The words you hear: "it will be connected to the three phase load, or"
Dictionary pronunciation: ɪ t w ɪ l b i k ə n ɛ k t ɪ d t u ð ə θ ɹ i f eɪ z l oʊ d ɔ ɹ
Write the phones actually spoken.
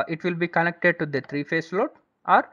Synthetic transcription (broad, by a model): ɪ t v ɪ l b i k ə n ɛ k t ɪ d t u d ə t ɹ i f eɪ s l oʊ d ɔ ɹ